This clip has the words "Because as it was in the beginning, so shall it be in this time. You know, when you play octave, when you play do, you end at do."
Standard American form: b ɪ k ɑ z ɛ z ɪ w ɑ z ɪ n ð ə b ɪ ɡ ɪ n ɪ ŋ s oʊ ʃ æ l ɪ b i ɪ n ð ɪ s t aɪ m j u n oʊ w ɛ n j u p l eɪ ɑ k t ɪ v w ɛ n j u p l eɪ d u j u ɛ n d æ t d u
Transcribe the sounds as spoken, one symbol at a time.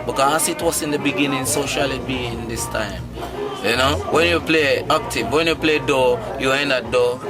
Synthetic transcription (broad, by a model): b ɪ k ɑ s ɪ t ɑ s ɪ n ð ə b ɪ ɡ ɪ n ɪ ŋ s oʊ ʃ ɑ l ɪ b i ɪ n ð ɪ s t aɪ m j u n oʊ w ɛ n j u p l eɪ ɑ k t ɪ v w ɛ n j u p l eɪ d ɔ j u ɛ n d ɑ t d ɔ